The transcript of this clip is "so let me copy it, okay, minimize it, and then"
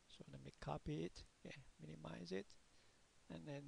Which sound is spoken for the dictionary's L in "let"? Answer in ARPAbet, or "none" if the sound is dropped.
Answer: N